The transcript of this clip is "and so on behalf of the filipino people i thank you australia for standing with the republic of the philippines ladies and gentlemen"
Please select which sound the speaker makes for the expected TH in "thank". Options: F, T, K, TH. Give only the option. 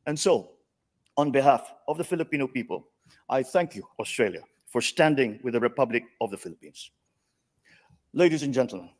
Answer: TH